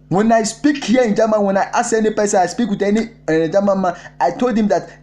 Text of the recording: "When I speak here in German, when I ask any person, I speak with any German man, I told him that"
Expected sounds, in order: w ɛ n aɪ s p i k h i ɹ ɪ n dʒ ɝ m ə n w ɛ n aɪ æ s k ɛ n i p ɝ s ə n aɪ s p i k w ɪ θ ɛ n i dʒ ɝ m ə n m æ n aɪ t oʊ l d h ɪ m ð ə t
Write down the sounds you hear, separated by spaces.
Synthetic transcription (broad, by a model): w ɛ n aɪ s p i k h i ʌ ɪ n dʒ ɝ m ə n w ɛ n aɪ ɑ s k ɛ n i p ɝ s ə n aɪ s p i k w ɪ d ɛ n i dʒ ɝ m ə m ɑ aɪ t oʊ l d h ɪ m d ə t